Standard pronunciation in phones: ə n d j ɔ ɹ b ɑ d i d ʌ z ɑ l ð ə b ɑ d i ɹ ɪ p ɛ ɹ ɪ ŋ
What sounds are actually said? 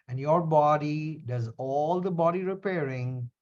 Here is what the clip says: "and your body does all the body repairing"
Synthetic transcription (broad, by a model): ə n d j ɔ ɹ b ɑ d i d ʌ z ɑ l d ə b ɑ d i ɹ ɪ p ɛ ɹ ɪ ŋ